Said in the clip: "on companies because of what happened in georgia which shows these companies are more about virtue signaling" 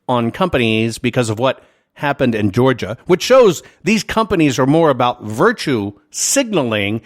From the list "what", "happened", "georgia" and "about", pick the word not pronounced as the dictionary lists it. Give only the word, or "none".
none